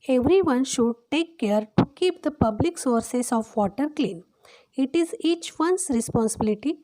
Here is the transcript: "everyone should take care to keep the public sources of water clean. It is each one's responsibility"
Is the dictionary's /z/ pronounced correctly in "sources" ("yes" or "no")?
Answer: no